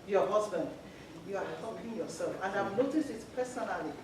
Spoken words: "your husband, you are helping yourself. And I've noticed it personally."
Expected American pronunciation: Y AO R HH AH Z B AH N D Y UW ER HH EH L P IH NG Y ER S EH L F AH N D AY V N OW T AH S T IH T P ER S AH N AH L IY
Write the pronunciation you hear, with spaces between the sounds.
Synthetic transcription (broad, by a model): Y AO HH AH Z B AH N D Y UW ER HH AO P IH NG Y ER S EH L F AH N D AY V N OW T AH S T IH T P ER S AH N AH L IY